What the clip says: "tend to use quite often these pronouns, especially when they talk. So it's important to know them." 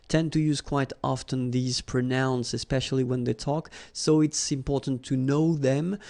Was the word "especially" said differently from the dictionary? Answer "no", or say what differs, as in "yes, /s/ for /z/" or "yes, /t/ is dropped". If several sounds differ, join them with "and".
no